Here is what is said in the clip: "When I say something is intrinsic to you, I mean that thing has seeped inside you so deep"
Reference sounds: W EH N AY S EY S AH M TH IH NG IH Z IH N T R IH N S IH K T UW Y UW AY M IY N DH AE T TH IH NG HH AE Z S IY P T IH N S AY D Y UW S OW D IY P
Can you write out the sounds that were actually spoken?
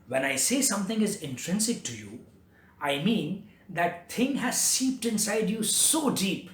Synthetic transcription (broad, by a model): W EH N AY S EY S AH M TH IH NG IH Z IH N T R IH N S IH K T UW Y UW AY M IY N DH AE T T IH NG HH AE Z S IY P T IH N S AY D Y UW S OW D IY P